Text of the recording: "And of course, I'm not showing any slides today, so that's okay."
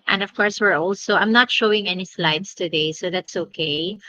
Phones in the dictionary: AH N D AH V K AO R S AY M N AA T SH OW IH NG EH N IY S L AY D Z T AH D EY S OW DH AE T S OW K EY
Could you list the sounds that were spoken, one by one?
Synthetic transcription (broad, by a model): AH N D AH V K AO R S AY M N AA T SH OW IH NG EH N IY S L AY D S T AH D EY S OW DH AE T S OW K EY